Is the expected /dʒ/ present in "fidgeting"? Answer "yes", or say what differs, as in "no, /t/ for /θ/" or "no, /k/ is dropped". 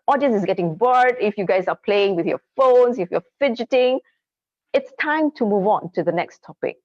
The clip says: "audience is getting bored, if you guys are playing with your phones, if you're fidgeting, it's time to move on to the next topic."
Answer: yes